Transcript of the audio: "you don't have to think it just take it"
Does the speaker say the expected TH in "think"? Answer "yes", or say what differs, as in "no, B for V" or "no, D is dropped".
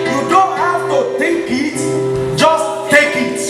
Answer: no, T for TH